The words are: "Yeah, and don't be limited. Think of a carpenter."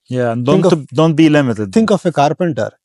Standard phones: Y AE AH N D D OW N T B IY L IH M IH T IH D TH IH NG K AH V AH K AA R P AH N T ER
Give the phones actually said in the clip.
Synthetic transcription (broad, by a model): Y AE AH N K D OW N T B IY L IH M IH T IH D T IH NG K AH F AH K AA R P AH N T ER